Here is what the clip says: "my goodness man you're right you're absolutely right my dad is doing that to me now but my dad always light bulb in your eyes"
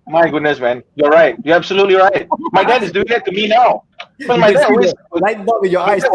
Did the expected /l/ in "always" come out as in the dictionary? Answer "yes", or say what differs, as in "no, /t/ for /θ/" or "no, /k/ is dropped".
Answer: no, /l/ is dropped